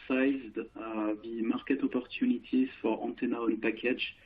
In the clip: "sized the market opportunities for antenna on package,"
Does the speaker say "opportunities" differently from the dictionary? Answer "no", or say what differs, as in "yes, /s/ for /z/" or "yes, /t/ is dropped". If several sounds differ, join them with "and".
yes, /z/ is dropped